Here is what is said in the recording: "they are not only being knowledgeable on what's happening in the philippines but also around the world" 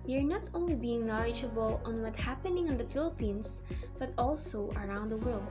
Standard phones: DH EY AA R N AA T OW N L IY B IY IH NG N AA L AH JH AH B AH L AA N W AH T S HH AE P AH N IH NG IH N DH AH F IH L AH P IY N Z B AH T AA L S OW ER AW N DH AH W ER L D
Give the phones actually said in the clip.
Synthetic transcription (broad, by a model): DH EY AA R N AA T OW N L IY B IY IH NG N AA L AH JH AH B AH L AA N W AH T HH AE P AH N IH NG IH N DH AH F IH L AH P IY N S B AH T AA L S OW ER AW N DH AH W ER L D